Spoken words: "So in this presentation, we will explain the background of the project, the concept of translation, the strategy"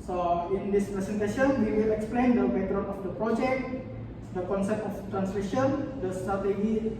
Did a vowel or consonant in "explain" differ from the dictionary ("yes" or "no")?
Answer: no